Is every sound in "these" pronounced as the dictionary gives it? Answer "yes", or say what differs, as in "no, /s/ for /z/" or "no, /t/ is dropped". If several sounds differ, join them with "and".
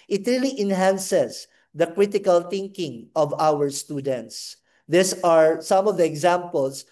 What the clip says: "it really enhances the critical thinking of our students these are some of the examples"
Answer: no, /s/ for /z/